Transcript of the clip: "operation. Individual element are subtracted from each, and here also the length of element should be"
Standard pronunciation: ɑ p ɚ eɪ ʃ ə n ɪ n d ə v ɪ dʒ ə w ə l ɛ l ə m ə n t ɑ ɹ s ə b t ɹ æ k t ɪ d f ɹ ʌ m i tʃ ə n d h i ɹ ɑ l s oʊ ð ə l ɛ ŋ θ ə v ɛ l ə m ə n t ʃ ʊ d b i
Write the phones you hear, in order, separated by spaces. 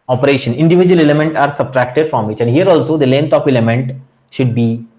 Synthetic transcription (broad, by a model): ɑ p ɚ eɪ ʃ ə n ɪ n d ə v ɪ dʒ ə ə l ɛ l ə m ə n t ɑ ɹ s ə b t ɹ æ k t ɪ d f ɹ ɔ m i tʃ ə n d h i ɹ ɑ l s oʊ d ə l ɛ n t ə p ɛ l ə m ə n t ʃ ʊ d b i